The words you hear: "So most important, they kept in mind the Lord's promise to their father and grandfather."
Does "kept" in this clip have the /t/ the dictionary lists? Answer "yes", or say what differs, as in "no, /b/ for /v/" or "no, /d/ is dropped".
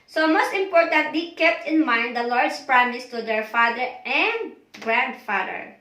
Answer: yes